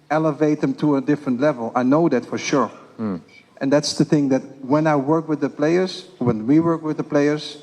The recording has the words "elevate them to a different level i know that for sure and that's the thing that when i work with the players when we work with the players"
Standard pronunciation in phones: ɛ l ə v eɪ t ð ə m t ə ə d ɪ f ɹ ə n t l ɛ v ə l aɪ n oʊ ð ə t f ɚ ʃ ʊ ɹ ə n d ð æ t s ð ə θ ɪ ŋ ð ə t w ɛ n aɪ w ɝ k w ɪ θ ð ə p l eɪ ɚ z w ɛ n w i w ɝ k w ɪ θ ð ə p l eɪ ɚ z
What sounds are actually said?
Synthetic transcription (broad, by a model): ɛ l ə v eɪ t ð ə m t ə ə d ɪ f ɹ ə n t l ɛ v ə l aɪ n oʊ ð ə t f ɚ ʃ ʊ ɹ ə n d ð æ t s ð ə θ ɪ ŋ ð ə t w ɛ n aɪ w ɝ k w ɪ ð ə p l eɪ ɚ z w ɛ n w i w ɝ k w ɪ ð ə p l eɪ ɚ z